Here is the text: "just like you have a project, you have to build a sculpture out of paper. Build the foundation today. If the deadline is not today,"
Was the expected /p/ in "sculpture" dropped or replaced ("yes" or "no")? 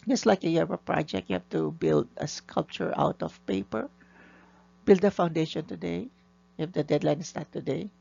no